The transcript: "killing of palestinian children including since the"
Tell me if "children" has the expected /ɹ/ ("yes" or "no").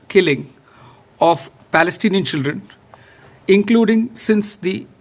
yes